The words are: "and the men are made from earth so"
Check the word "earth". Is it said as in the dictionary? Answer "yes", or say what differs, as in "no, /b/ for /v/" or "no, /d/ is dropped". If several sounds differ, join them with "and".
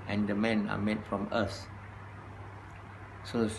no, /s/ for /θ/